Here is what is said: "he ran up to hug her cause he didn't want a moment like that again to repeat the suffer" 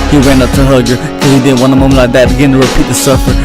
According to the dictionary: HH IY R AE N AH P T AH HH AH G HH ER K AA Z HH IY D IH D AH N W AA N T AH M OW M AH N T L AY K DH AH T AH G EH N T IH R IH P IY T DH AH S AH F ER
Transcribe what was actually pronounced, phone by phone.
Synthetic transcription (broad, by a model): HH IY W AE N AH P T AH HH AH G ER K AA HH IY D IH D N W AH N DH AH M OW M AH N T L AY K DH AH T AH G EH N T IH R IH P IY T DH AH S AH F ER